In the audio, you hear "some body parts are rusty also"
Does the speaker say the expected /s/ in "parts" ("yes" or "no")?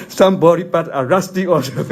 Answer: no